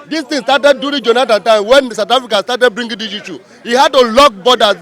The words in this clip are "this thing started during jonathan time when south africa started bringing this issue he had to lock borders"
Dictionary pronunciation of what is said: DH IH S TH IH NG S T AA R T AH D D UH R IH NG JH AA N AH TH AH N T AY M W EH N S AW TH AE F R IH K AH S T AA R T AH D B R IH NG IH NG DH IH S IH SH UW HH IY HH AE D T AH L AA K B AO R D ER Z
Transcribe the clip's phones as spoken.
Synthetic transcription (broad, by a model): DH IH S T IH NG S T AA T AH D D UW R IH JH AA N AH T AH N T AY M W EH N S AW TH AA F R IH K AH S T AA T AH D B R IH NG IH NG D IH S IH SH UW HH IY HH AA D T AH L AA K B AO D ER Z